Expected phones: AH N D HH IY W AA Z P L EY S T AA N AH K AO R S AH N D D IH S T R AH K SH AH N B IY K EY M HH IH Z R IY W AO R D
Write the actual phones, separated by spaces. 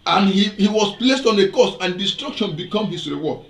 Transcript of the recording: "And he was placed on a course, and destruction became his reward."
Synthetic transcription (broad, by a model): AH N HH HH IY W AA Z P L EY S T AA N AH K AO S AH N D D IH S T R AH K SH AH N B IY K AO M HH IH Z R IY W AO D